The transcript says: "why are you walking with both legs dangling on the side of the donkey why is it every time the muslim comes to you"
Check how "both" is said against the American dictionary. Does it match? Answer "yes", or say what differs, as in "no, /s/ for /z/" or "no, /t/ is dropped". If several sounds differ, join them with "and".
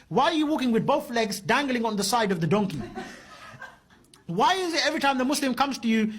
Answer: yes